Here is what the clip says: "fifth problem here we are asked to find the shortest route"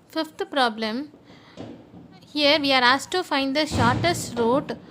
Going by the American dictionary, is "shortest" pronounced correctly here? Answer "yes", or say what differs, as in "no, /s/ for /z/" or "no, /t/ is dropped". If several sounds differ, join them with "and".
yes